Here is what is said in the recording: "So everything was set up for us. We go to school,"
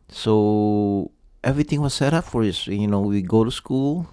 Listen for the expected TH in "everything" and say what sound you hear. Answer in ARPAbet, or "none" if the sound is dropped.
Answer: T